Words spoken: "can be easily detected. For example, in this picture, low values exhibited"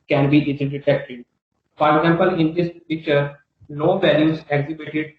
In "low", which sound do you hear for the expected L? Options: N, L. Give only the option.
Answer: N